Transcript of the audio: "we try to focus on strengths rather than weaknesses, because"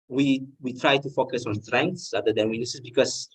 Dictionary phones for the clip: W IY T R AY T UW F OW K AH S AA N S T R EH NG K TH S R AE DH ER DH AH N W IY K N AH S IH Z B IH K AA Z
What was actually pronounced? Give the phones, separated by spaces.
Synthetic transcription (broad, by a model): W IY T R AY T UW F OW K AH S AA N S T R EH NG K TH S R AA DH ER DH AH N W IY N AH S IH S B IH K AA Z